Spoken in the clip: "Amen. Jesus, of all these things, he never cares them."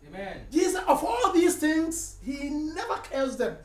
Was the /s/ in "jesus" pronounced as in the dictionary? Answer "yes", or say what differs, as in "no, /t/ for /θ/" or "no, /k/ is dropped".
no, /s/ is dropped